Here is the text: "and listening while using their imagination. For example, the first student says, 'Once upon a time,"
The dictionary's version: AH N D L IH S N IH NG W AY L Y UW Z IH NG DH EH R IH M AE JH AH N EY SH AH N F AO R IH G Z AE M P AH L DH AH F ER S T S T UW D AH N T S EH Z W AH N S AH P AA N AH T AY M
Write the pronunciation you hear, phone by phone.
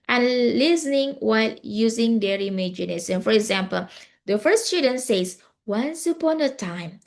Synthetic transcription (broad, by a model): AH N L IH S N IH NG W AY L Y UW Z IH NG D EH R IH M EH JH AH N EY S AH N F AO R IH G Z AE M P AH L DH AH F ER S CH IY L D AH N S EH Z W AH N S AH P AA N AH T AY M